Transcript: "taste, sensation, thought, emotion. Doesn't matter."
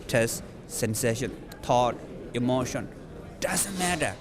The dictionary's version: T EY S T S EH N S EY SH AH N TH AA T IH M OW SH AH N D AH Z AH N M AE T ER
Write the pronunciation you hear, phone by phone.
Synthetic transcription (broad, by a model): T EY S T S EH N S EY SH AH N T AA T IH M OW SH AH N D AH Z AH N M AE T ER